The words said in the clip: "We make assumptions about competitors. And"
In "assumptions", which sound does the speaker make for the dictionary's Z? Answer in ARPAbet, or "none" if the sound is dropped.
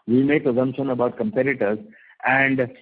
none